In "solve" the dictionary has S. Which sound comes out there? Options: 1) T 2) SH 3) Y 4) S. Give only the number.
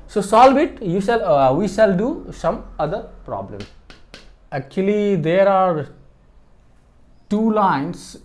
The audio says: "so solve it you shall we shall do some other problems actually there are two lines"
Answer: 4